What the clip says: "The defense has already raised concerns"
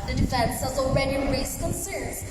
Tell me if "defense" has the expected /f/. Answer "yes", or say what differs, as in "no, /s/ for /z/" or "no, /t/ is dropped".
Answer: yes